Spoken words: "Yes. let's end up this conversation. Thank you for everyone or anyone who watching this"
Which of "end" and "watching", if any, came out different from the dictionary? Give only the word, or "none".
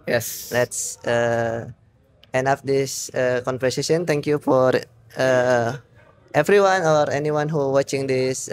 end